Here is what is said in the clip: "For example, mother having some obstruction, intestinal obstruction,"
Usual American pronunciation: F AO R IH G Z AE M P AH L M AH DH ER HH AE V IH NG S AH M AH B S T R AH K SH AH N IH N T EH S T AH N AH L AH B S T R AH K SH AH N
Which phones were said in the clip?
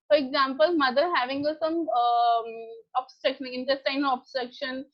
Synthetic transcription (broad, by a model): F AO R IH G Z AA M P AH L M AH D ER HH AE V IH NG S AH M AH B S T R AH K SH AH N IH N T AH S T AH AH N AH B S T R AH K SH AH N